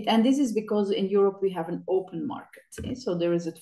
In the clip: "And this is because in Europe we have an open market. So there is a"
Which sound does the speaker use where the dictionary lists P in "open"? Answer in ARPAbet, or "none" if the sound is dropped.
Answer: P